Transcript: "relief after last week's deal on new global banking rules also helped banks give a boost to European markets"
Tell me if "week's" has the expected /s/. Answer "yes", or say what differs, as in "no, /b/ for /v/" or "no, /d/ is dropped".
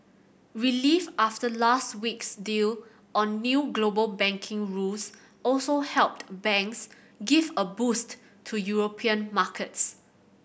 yes